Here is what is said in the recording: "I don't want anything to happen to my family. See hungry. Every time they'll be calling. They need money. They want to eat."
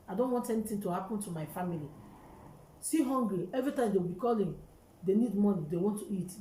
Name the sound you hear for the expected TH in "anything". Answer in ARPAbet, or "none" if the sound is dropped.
T